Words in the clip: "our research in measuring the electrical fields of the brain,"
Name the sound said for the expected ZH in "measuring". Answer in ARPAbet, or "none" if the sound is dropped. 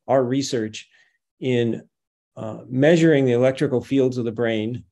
ZH